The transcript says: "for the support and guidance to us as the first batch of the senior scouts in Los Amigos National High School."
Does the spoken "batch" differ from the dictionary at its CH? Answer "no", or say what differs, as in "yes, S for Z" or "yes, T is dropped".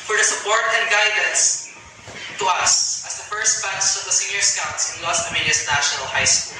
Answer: yes, S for CH